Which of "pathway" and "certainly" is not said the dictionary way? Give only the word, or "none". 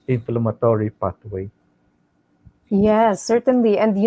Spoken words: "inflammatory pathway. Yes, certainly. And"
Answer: pathway